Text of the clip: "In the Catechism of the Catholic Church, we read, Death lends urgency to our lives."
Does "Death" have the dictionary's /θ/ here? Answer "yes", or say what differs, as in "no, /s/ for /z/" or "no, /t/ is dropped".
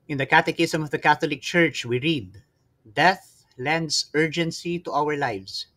yes